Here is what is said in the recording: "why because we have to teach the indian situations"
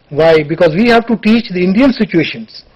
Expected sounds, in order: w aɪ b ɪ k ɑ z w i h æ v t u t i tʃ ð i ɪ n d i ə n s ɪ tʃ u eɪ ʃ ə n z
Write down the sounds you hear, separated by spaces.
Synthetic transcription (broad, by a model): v aɪ b ɪ k ɑ z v i h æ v t u t i tʃ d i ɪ n d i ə n s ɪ tʃ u eɪ ʃ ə n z